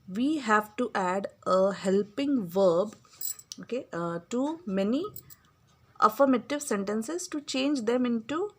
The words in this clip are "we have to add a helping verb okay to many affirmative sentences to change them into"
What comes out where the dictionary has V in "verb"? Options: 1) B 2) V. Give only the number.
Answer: 2